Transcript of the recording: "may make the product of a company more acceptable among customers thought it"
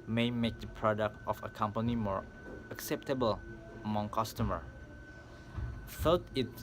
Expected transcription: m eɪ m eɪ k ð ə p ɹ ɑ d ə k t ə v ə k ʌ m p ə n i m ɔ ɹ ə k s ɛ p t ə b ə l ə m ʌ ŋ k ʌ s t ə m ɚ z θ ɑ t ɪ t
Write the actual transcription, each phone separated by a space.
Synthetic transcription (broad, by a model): m eɪ m eɪ k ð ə p ɹ ɑ d ə k t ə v ə k ʌ m p ə n i m ɔ ɹ ə k s ɛ p t ə b ə l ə m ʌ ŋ k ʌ s t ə m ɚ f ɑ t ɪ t